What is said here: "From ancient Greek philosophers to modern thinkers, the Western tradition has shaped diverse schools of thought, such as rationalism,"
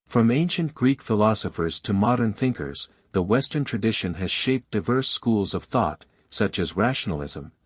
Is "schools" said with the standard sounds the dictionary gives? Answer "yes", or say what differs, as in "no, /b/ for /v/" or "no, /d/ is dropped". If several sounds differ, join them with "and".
yes